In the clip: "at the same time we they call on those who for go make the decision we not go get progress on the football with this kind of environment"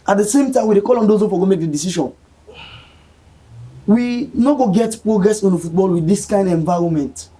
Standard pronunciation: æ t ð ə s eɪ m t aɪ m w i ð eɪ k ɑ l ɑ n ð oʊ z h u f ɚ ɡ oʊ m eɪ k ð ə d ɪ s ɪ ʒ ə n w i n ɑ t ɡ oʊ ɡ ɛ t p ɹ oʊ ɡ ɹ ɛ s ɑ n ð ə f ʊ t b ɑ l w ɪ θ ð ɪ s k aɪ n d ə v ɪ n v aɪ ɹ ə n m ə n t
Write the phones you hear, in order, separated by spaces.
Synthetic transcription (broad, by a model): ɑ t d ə s eɪ m t aɪ m w i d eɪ k ɑ l ɑ n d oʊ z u f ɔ ɡ oʊ m eɪ k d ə d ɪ s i ʃ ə n w i n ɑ ɡ oʊ ɡ ɛ t p ɹ oʊ ɡ ɹ ɛ s ɑ n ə f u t b ɑ l w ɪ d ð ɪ s k aɪ n d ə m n v aɪ ɹ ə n m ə n t